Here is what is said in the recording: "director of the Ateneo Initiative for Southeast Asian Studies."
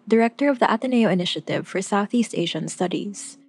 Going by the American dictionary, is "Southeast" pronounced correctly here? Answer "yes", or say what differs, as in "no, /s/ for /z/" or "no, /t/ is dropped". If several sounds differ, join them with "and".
yes